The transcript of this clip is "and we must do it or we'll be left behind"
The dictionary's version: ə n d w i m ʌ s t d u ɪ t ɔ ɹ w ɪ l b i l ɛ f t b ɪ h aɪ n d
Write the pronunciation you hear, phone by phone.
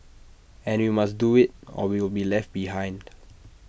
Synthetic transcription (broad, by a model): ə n w i m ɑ s d u ɪ t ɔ w w ɪ l b i l ɛ f t b ɪ h aɪ n d